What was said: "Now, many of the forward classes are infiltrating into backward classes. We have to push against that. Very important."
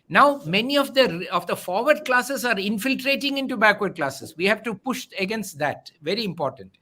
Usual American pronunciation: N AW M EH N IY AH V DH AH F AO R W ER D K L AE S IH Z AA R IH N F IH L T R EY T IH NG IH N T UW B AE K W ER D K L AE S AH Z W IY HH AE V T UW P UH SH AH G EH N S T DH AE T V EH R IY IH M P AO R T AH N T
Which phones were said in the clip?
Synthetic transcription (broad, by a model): N AW M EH N IY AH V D AH F AO R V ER D K L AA S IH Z AA R IH N F IH L T R EY T IH NG IH N T UW B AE K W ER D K L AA S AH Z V IY HH AE V T UW P UH SH AH G EH N S T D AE T V EH R IY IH M P AO R T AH N T